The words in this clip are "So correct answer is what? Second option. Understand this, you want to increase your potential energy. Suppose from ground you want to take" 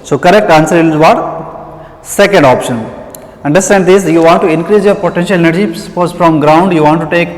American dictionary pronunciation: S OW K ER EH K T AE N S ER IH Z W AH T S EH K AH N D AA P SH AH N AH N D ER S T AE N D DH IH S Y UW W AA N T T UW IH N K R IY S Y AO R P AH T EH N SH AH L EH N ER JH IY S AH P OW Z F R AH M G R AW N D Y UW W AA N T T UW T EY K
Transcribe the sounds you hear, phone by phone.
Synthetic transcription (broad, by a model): S OW K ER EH K T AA N S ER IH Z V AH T S EH K AH N D AA P SH AH N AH N D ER S T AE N D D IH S Y UW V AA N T T UW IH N K R IY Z Y AO R P AH T EH N SH AH L EH N ER JH IY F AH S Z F R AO M G R AW N D Y UW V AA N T T UW T EY K